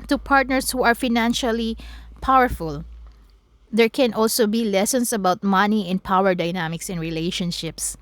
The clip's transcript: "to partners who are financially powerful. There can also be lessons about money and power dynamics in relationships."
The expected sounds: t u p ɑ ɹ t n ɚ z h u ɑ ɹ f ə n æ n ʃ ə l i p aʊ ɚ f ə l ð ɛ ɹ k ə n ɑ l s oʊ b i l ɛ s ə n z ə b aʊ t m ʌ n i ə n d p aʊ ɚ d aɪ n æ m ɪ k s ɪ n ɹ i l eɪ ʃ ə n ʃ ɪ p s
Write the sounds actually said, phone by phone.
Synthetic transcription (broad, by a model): t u p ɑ ɹ t n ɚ s h u ɑ ɹ f ə n æ n ʃ ə l i p aʊ ɚ f ə l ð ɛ ɹ k ə n ɑ l s oʊ b i l ɛ s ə n s ə b aʊ t m ʌ n i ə n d p aʊ ɚ d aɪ n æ m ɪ k s ɪ n ɹ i l eɪ ʃ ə n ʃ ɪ p s